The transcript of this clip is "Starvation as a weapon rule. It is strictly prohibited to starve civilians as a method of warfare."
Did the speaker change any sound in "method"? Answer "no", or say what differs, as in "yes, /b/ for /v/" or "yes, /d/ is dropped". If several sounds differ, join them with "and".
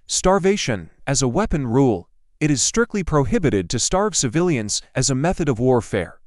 no